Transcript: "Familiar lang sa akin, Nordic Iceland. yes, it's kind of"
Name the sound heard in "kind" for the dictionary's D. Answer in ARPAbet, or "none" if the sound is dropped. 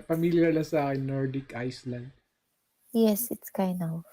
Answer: none